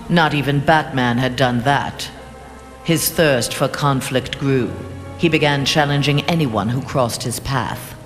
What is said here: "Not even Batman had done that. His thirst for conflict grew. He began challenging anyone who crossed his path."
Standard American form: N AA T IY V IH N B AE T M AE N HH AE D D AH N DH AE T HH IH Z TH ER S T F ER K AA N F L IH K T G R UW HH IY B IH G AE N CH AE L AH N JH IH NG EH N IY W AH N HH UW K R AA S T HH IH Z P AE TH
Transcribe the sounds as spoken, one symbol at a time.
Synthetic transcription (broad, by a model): N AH T IY V IH N B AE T M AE N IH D D AH N DH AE T HH IH Z TH ER S T F ER K AA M F L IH K T G R UW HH IY B IH G AE N CH AE L AH N JH IH NG EH N IY W AH N HH UW K R AA S T HH IH Z P AE TH